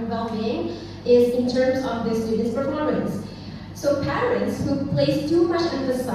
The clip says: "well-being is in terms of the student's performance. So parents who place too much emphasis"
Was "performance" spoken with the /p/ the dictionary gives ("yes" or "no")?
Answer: no